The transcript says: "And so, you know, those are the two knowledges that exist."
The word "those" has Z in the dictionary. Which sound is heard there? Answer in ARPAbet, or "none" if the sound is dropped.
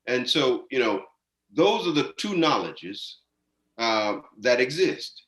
Z